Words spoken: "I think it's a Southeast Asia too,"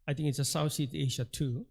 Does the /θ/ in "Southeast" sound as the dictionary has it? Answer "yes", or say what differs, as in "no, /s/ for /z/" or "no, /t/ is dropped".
no, /s/ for /θ/